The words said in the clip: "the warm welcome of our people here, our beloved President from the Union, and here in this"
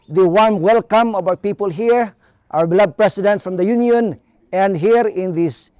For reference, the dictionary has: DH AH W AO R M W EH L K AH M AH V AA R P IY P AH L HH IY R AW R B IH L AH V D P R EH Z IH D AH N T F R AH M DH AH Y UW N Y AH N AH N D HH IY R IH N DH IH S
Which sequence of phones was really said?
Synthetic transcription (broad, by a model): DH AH W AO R M W EH L K AH M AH B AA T P IY P AH L HH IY R AW R B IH L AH D P R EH S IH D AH N T F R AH M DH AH Y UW N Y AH N AH N D HH IY R IH N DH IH S